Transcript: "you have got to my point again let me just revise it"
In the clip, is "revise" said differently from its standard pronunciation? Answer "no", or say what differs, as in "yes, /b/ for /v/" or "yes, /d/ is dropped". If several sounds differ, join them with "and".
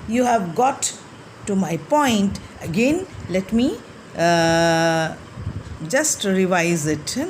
no